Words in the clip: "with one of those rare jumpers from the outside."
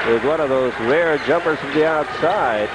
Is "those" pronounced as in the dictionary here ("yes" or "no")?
yes